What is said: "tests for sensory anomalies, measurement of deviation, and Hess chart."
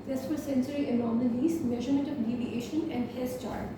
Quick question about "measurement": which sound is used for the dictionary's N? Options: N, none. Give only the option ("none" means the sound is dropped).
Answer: N